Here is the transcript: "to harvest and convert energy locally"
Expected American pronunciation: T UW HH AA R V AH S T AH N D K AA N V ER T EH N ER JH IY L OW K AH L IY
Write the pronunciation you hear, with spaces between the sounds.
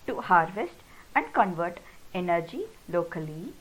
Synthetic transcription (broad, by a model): T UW HH AA R V AH S T AH N D K AA N V ER T EH N ER JH IY L OW K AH L IY